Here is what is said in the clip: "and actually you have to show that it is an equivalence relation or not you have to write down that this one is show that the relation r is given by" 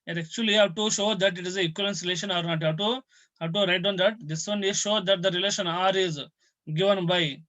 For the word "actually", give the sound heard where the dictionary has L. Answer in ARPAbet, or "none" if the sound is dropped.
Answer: none